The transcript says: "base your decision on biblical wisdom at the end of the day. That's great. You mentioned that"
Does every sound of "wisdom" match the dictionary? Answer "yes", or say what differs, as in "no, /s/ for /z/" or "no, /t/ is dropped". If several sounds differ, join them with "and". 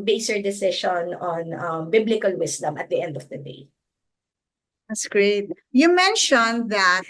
no, /s/ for /z/